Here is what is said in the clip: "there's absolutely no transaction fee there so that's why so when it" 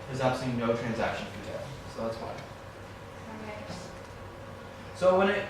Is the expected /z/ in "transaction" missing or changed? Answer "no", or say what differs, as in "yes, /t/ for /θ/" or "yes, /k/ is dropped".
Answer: no